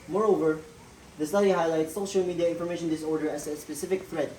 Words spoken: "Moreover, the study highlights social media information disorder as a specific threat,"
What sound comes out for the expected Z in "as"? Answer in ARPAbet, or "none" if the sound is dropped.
S